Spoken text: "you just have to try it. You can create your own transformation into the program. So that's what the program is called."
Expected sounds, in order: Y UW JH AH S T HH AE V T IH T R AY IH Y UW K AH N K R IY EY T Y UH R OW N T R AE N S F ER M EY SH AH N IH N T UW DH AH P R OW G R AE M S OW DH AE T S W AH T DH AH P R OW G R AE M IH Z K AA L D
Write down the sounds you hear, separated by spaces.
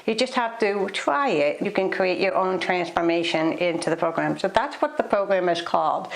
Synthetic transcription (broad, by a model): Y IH JH AH S T HH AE F T IH T R AY IH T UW K AH N K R IY EY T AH R OW N T R AE N S F ER M EY SH AH N IH N T UW DH AH P R OW G R AE M S OW DH AE T S W AH T DH AH P R OW G R AE M IH Z K AA L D